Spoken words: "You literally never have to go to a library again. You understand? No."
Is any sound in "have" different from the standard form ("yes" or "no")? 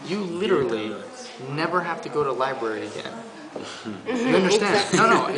yes